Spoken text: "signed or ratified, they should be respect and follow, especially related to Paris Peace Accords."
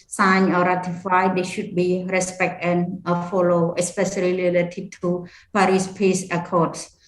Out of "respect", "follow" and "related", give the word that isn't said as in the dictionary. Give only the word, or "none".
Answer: related